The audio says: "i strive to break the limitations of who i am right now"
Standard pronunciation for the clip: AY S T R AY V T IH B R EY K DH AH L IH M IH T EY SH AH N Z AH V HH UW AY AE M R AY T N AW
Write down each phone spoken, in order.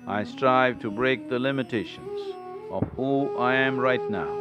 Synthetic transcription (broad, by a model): AY S T R AY V T IH B R EY K DH AH L IH M IH T EY SH AH N Z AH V HH UW AY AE M R AY T N AW